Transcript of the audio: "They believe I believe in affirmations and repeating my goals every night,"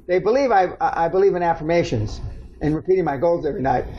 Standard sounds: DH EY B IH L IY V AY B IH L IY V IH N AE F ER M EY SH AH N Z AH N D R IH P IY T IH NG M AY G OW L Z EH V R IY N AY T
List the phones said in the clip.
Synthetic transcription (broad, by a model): DH EY B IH L IY V AY B IH L IY V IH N AE F ER M EY SH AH N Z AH N R IH P IY T IH NG M AY G OW L Z EH V R IY N AY T